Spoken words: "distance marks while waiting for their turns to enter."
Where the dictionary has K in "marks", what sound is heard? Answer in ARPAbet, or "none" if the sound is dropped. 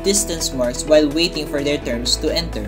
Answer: none